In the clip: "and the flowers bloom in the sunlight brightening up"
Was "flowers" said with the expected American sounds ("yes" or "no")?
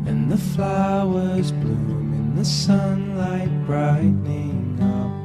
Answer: yes